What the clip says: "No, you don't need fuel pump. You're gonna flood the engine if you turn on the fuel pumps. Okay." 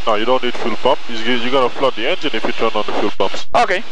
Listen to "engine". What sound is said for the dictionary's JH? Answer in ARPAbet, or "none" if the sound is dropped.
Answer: Z